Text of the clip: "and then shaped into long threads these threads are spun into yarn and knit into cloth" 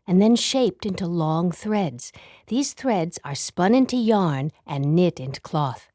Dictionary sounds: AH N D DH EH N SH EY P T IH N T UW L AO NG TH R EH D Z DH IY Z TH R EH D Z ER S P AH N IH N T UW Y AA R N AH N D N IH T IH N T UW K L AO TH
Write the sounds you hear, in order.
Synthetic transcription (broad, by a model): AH N DH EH N SH EY P T IH N T UW L AO NG TH R EH D Z DH IY Z TH R EH D Z ER S P AH N IH N T UW Y AA R N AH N N IH T IH N T UW K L AO TH